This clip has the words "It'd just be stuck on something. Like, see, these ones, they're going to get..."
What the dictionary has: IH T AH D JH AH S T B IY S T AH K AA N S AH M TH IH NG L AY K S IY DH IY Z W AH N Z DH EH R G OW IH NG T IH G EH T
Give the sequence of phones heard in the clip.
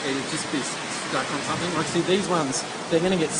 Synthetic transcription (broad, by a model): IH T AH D JH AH S B IY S S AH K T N S AH M TH IH NG W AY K S IY DH IY Z W AH N Z DH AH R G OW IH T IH G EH T